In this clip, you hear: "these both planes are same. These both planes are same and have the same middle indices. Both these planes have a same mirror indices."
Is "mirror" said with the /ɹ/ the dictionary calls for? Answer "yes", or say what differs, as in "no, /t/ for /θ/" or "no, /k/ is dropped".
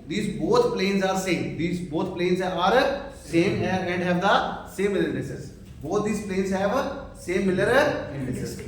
no, /l/ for /ɹ/